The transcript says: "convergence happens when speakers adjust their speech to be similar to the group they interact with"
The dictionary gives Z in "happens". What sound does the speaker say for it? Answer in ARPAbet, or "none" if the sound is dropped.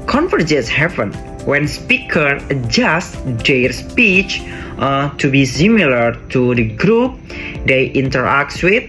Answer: none